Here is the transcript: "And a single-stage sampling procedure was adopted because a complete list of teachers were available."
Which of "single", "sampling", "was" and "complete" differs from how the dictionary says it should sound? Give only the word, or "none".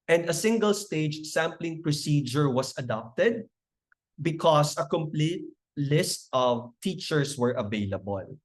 was